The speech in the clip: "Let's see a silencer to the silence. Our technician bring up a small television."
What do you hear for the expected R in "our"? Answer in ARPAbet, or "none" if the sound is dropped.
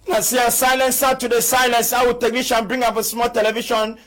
W